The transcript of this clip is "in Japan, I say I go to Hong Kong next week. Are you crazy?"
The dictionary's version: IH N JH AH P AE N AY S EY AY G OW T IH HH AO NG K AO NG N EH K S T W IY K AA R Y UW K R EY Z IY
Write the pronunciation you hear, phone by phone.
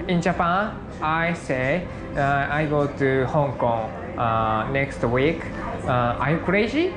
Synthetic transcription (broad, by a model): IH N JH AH P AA AY S EY AY G OW T IH HH AO NG K AO NG N EH K S T W IY K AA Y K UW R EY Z IY